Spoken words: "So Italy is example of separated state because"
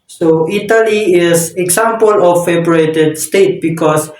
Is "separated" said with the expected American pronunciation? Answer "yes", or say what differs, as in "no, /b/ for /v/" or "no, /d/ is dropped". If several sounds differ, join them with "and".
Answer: no, /b/ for /p/